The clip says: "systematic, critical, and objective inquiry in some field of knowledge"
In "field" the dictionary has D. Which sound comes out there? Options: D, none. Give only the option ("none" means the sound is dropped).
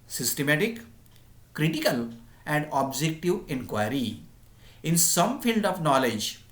D